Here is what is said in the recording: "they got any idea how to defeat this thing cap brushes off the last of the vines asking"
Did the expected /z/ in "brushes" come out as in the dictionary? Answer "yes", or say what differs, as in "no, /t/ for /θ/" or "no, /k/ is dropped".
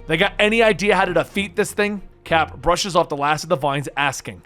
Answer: yes